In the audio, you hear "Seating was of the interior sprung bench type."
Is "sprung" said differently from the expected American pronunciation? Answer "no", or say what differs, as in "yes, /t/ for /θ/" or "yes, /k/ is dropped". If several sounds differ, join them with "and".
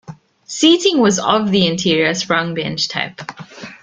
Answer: yes, /p/ is dropped